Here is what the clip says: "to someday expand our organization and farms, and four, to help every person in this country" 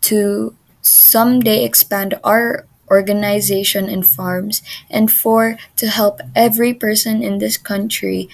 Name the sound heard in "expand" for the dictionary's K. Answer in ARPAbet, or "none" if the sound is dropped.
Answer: K